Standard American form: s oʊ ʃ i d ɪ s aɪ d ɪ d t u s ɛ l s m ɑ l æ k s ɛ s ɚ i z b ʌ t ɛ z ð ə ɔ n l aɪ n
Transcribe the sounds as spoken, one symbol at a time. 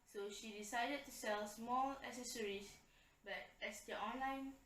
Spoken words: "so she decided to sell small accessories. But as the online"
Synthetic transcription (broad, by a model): s oʊ ʃ i d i s aɪ d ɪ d t u s ɛ l s m ɑ l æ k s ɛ s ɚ i s b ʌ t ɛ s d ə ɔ n l aɪ n